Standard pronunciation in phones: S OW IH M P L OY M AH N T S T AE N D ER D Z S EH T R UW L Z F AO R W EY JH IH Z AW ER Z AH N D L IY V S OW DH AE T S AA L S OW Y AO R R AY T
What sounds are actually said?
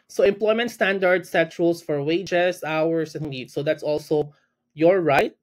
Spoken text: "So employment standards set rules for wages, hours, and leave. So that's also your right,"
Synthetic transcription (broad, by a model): S OW IH M P L OY M AH N T S T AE N D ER D S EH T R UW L S F AO R W EY JH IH S AW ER S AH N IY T S OW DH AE T S AA L S OW Y AO R R AY T